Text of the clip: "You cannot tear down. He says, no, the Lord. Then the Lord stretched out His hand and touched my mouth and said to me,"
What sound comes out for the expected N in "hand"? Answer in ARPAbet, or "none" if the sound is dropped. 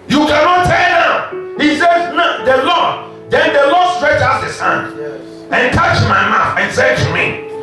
N